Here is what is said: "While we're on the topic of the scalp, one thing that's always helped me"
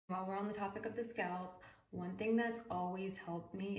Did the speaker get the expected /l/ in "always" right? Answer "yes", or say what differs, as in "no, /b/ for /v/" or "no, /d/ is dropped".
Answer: yes